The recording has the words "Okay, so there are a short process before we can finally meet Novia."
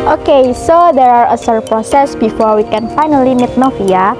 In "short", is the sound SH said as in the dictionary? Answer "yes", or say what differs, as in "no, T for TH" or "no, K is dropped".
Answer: no, S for SH